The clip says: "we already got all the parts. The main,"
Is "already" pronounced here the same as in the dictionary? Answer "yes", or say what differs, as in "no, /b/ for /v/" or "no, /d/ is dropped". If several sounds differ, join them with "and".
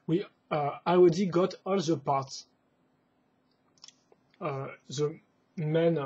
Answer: no, /w/ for /ɹ/